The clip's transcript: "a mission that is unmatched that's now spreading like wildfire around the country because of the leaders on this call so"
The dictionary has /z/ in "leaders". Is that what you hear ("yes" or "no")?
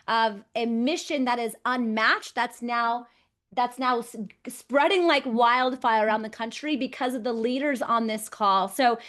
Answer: yes